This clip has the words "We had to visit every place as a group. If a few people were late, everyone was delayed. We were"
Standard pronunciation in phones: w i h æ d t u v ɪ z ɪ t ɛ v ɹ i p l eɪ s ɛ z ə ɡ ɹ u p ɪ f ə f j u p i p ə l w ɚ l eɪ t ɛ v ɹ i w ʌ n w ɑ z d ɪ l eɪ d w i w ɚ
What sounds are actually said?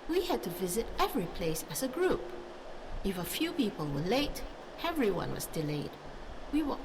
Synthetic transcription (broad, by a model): w i h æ d t u v ɪ z ɪ t ɛ v ɹ i p l eɪ s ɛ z ə ɡ ɹ u p ɪ f ə f j u p i p ə l w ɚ l eɪ t ɛ v ɹ i w ʌ n w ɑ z d ɪ l eɪ d w i w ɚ